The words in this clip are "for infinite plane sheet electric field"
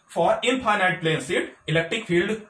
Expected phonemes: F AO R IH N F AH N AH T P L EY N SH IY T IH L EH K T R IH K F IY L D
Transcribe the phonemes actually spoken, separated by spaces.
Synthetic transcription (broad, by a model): F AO R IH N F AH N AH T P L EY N S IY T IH L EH K T R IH K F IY L D